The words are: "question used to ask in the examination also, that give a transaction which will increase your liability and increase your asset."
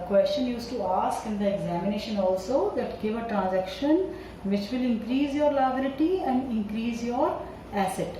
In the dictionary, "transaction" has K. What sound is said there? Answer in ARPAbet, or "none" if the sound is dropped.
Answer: K